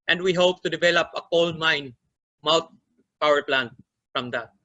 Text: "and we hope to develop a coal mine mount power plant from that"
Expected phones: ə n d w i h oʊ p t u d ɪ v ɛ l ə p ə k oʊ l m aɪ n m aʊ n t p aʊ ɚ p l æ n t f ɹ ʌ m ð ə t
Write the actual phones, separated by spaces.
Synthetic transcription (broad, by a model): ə n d w i h oʊ p t u d ɪ v ɛ l ə p ə k oʊ l m aɪ n m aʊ t p aʊ ɚ p l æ n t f ɹ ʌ m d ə t